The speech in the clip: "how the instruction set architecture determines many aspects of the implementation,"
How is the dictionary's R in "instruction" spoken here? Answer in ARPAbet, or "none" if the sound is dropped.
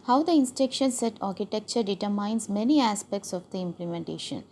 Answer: none